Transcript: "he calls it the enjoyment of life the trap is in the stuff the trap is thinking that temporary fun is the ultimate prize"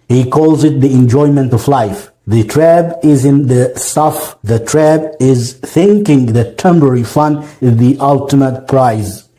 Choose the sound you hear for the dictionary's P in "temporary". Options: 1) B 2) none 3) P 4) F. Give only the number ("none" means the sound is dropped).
1